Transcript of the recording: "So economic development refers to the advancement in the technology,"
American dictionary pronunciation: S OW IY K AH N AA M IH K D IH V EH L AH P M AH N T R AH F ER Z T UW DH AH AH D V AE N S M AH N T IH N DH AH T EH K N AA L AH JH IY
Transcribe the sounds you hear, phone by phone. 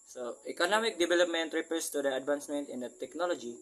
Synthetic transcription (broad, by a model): S OW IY K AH N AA M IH K D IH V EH L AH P M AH N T R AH P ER S T UW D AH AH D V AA N S M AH N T IH N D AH T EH K N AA L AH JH IY